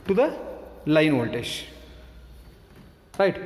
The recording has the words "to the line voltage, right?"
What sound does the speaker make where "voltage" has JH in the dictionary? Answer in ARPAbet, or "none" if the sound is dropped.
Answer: SH